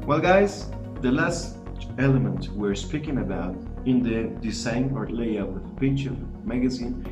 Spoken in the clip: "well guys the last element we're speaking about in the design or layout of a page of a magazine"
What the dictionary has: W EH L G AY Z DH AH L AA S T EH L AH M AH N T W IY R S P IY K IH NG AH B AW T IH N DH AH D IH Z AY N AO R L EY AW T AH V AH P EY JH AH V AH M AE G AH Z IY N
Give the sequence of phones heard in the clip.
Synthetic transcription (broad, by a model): W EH L G AY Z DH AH L AA S T EH L AH M AH N T W IY R S P IY K IH NG AH B AW T IH N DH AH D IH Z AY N AO R L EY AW AH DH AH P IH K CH AH M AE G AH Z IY N